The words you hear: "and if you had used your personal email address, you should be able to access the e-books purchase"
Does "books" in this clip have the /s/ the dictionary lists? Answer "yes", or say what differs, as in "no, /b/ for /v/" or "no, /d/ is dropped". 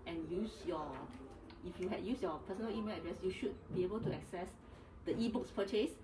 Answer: yes